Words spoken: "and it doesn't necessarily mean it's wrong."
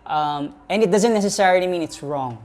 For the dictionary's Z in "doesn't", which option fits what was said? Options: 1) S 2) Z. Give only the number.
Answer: 2